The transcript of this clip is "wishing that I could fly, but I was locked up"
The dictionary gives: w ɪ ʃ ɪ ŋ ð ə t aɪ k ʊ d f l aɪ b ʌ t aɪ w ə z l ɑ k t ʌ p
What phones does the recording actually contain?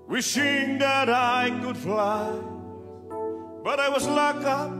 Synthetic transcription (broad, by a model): w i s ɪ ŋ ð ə t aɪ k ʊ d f l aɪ b ʌ t aɪ w ə z l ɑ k ʌ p